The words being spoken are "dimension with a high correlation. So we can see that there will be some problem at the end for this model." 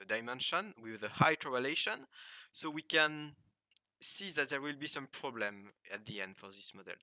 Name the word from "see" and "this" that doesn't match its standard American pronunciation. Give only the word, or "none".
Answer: none